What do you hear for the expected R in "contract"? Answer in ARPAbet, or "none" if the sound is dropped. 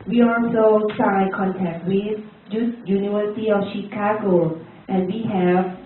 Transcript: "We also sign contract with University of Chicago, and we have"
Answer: none